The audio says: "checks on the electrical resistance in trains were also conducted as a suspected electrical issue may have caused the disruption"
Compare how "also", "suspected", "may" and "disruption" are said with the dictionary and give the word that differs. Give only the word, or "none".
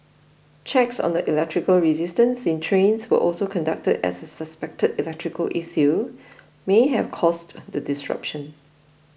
none